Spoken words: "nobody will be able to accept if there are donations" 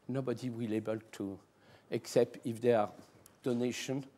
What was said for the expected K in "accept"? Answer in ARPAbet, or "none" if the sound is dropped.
K